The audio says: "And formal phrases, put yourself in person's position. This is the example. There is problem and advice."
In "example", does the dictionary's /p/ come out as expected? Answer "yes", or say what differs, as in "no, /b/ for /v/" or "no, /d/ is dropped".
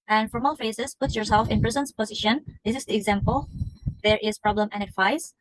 yes